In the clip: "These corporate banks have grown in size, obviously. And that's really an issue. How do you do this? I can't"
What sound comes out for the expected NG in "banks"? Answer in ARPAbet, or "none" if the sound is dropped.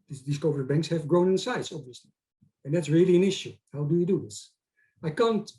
NG